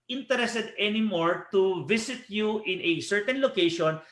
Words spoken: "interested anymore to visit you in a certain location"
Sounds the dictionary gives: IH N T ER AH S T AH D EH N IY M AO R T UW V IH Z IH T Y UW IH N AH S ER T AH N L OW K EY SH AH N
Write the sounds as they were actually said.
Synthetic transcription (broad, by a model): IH N T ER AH S T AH D EH N IY M AO R T UW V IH S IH T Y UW IH N AH S ER T AH N L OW K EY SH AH N